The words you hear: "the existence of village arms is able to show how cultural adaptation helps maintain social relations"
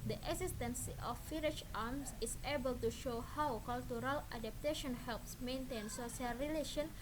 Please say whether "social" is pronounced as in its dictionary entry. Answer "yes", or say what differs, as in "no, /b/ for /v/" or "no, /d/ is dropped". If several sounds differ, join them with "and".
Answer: no, /s/ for /ʃ/